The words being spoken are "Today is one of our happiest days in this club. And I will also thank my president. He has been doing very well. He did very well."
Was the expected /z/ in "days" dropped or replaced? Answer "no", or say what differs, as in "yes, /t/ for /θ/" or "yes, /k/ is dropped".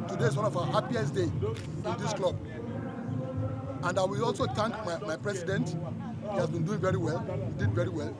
yes, /z/ is dropped